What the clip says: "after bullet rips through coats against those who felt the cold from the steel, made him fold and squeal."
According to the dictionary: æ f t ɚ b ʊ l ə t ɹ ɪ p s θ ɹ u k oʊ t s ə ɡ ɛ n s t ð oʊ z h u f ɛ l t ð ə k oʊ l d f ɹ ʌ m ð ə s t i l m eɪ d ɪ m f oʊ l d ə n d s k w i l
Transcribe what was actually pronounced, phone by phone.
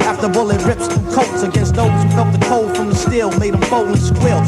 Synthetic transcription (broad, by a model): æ f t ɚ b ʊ l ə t ɹ ɪ p s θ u k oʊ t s ə ɡ ɛ n s t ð oʊ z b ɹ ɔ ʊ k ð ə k oʊ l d f ɹ ʌ m ð ə s t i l m eɪ d ɪ m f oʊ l ə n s k w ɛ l